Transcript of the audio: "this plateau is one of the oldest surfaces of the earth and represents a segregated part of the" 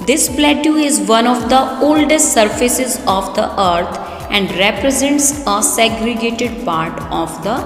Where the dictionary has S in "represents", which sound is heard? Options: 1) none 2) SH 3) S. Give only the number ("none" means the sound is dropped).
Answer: 3